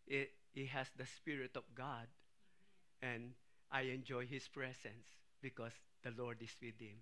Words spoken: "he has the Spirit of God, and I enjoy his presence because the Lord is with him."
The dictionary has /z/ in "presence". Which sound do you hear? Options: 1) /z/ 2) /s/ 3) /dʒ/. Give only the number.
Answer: 2